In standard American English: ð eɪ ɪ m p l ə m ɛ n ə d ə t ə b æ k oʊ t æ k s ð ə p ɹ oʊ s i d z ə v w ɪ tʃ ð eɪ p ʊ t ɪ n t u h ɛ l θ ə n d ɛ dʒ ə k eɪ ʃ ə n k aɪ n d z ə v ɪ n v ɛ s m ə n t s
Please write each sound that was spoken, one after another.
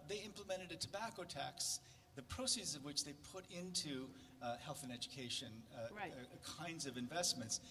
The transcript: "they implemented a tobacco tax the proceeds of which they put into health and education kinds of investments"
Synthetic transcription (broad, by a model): ð eɪ ɪ m p l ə m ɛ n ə d ə t ə b æ k oʊ t æ k s ð ə p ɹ oʊ s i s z ə v w ɪ tʃ ð eɪ p ʊ t ɪ n t u h ɛ l θ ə n ɛ dʒ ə k eɪ ʃ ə n k aɪ n d z ə v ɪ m v ɛ s m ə n t s